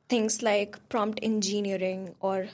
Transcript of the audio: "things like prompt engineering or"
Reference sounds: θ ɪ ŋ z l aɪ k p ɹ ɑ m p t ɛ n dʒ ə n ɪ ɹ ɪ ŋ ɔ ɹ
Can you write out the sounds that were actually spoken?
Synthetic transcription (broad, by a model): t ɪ ŋ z l aɪ k p ɹ ɑ m p t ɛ n dʒ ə n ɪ ɹ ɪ ŋ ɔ ɹ